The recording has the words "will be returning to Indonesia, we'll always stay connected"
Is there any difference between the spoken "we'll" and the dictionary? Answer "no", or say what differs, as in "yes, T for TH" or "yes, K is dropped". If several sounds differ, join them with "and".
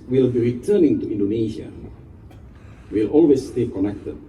no